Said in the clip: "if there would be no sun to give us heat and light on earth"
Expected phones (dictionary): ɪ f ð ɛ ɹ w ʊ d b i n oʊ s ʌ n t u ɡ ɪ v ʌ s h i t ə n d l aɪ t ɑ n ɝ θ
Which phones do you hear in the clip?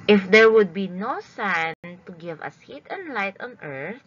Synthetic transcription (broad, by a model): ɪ f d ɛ ɹ w ʊ d b i n oʊ s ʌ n t u ɡ ɪ v ʌ s h i t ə n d l aɪ t ɑ n ɝ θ